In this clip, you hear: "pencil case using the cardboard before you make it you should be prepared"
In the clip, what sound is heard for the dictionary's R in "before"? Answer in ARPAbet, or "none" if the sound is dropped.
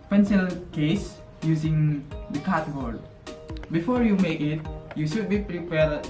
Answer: R